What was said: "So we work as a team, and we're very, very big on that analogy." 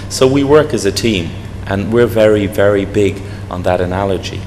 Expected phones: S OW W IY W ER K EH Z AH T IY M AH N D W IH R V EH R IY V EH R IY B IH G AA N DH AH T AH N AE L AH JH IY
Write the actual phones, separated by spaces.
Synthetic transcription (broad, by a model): S OW W IY W ER K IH Z AH T IY M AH N W IH R V EH R IY V EH R IY B IH G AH N DH AH T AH N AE L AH JH IY